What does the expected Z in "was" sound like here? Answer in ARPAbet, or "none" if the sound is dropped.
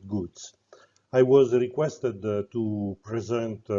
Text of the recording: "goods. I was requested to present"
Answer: Z